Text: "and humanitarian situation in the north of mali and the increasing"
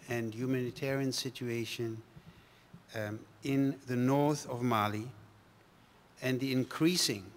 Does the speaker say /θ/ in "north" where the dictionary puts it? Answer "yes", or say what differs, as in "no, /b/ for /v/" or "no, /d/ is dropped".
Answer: yes